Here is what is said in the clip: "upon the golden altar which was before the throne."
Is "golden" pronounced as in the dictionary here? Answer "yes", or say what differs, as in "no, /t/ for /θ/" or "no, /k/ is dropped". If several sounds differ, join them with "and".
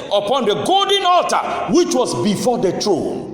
yes